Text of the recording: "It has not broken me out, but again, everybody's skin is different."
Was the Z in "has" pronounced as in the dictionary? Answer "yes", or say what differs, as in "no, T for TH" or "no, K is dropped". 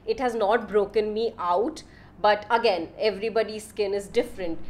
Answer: yes